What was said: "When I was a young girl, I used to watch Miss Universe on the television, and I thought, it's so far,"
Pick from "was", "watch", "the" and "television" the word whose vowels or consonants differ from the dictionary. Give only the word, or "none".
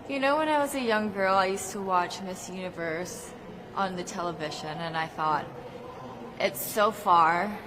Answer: none